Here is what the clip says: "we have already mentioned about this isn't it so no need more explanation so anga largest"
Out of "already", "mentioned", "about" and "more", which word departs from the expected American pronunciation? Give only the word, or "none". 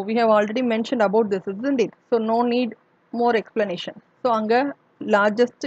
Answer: none